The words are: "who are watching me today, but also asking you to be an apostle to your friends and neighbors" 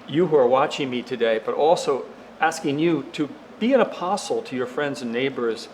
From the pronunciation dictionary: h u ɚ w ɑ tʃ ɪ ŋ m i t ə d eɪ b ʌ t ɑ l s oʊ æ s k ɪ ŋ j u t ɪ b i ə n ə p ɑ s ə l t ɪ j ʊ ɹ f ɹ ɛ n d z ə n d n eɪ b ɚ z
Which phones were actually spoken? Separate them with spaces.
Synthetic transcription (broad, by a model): h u ɚ w ɑ tʃ ɪ ŋ m i t ə d eɪ b ʌ t ɑ l s oʊ æ s k ɪ ŋ j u t ɪ b i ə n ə p ɑ s l t ɪ j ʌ ɹ f ɹ ɛ n d z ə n n eɪ b ɚ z